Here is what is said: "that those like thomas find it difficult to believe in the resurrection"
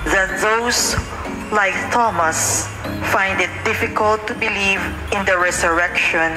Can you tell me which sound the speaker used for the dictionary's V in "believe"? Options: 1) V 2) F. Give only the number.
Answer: 1